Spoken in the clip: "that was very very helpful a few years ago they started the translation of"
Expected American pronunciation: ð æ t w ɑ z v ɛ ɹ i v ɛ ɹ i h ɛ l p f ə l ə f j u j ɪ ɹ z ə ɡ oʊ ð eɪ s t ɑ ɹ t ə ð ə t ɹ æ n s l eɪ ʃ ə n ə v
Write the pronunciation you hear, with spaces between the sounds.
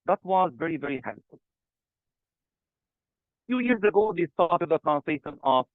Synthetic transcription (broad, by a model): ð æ t w ɑ z v ɛ ɹ i v ɛ ɹ i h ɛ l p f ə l f j u j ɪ ɹ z ə ɡ oʊ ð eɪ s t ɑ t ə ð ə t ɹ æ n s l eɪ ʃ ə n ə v